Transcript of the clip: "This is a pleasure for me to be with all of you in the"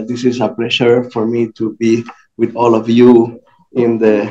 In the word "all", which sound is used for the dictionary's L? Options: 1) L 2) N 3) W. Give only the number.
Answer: 1